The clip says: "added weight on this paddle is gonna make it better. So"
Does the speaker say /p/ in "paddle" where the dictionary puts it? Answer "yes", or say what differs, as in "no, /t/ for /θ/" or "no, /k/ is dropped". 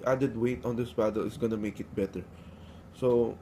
no, /b/ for /p/